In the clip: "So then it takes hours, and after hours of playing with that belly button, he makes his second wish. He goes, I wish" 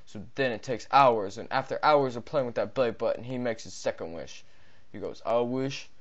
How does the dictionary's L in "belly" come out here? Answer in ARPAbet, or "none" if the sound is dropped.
none